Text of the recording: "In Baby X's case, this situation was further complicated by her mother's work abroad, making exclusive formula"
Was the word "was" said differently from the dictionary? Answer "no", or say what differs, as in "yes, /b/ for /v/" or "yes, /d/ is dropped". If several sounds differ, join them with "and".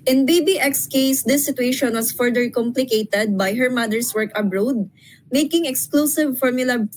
yes, /s/ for /z/